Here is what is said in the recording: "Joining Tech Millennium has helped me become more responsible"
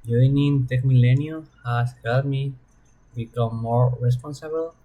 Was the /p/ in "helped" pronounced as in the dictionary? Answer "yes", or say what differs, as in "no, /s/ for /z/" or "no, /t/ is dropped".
no, /p/ is dropped